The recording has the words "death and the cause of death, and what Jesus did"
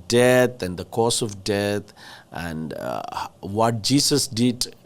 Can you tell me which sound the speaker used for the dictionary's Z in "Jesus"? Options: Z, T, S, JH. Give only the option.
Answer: S